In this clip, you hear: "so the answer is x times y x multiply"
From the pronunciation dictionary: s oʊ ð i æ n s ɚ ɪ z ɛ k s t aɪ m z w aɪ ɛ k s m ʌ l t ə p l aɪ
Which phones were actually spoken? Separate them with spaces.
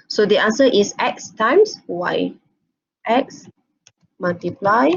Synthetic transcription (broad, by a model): s oʊ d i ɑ n s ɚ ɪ s ɛ k s t aɪ m s w aɪ ɛ k s m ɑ l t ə p l aɪ